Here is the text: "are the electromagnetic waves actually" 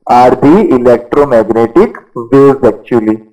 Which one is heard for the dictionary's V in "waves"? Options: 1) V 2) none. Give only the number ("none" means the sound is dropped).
2